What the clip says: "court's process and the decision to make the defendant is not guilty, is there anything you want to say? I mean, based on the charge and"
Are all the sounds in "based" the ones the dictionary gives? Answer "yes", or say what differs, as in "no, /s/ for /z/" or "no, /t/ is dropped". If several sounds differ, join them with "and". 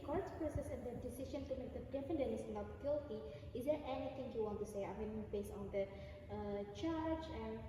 no, /t/ is dropped